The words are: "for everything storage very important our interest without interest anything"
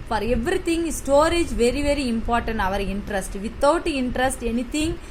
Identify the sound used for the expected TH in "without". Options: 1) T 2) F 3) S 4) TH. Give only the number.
1